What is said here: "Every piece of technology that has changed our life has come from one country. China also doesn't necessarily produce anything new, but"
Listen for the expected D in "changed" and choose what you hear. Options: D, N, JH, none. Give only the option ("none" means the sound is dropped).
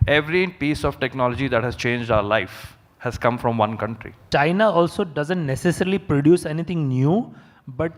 D